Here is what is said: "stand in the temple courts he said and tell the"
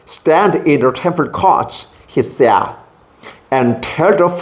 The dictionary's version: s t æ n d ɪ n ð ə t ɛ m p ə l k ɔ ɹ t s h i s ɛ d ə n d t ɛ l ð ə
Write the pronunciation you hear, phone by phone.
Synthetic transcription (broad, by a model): s t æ n d ɪ n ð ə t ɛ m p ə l k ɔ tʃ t h i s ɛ ə n t ɛ l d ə